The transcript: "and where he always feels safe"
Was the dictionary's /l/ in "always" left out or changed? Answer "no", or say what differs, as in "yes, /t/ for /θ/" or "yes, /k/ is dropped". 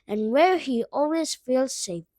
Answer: no